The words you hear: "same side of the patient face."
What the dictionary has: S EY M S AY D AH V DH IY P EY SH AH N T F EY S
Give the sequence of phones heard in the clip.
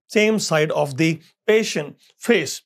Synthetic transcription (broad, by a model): S EY M S AY D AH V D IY P EY SH AH N T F EY S